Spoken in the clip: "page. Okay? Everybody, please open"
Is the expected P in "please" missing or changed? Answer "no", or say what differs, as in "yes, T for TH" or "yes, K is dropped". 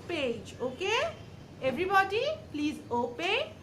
no